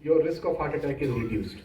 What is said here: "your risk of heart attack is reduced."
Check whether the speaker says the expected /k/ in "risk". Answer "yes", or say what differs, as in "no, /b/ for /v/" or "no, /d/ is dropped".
yes